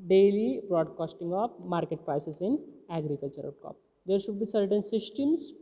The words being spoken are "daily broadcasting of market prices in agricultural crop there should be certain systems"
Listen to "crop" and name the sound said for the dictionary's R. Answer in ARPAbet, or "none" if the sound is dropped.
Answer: none